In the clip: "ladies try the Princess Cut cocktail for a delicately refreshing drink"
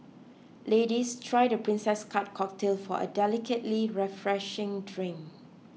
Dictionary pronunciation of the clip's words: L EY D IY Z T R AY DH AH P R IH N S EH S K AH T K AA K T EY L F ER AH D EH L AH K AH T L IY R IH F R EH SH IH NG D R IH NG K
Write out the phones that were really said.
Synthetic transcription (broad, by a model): L EY D IY S T R AY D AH P R IH N S EH S K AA T K AA K T EY L F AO AH D EH L AH K AH T L IY R IH F R EH SH IH NG D R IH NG